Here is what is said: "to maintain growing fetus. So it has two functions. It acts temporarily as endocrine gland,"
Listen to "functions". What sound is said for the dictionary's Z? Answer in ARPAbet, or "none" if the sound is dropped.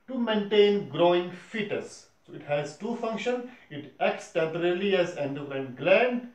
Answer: none